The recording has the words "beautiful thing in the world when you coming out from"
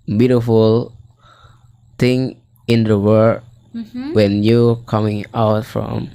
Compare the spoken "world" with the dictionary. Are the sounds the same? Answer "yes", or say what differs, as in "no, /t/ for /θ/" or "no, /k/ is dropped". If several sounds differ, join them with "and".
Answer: no, /l/ is dropped